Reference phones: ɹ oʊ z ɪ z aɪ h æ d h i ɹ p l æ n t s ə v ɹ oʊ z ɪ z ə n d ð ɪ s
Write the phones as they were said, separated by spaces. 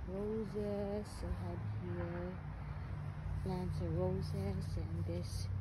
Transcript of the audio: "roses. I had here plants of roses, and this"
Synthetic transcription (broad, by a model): ɹ oʊ z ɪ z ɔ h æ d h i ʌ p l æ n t ə ɹ oʊ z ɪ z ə n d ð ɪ s